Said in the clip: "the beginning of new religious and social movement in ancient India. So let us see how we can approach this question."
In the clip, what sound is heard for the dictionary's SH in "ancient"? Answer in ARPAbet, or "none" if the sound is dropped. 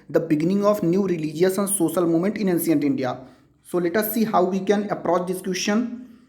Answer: S